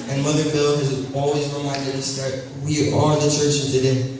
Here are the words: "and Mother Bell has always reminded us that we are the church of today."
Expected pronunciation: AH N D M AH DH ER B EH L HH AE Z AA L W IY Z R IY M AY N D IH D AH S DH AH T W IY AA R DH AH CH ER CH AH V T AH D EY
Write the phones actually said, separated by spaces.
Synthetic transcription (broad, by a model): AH N M AH DH ER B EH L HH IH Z AA L W IY Z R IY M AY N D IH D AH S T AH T W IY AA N DH AH CH ER CH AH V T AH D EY